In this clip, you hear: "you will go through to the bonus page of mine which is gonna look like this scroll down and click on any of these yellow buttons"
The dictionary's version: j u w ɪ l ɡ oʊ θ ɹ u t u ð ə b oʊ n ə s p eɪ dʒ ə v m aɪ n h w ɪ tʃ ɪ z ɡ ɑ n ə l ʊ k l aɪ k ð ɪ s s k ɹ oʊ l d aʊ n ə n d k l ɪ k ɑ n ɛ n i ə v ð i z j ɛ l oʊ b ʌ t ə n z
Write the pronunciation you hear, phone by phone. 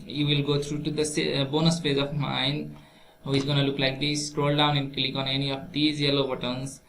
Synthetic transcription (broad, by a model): j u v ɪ l ɡ oʊ t ɹ u t u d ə b oʊ n ə s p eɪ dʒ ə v m aɪ n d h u ɪ z ɡ ɑ n ə l ʊ k l aɪ k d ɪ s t ɹ oʊ l d aʊ n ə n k l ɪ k ɑ n ɛ n i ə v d i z j ɛ l oʊ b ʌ t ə n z